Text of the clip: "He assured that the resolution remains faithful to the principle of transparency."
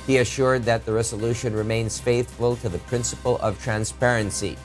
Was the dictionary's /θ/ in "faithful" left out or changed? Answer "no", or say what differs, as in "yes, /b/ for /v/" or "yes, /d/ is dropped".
no